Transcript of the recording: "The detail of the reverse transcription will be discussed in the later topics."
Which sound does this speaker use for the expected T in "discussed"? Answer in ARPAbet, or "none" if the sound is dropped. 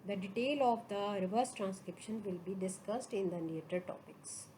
T